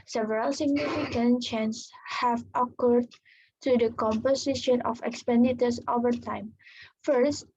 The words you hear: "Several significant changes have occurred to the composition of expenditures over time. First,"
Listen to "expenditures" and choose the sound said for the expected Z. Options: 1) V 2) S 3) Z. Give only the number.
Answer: 2